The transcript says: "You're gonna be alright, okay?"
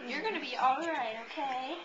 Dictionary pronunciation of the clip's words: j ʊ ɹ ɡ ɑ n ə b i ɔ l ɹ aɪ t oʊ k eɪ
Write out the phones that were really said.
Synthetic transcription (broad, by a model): j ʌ ɹ ɡ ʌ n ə b i ɔ l ɹ aɪ t oʊ k eɪ